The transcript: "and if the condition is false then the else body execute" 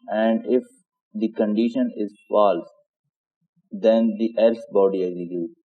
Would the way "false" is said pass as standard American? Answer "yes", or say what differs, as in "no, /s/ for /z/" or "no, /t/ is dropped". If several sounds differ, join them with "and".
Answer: yes